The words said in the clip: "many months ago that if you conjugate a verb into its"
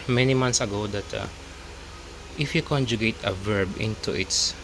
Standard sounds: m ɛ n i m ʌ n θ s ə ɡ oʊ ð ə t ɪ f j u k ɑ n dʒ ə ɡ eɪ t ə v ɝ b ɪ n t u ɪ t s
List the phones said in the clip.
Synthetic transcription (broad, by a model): m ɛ n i m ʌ n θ s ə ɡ oʊ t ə t ɪ f j u k ɑ n dʒ ə ɡ eɪ t ə v ɝ b ɪ n t u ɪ t s